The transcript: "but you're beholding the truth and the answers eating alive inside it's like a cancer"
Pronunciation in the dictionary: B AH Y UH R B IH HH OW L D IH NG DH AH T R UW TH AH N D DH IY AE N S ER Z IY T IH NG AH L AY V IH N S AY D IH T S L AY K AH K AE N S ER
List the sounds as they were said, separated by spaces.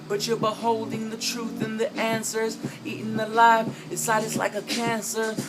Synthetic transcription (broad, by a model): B AH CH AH R B IH HH OW L D IH NG DH AH T R UW TH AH N DH IY AE N S ER Z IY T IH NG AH L AY F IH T S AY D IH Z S L AY K AH K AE N S ER